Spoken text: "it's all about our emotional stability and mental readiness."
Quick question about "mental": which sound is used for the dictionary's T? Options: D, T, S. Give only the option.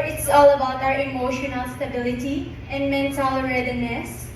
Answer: S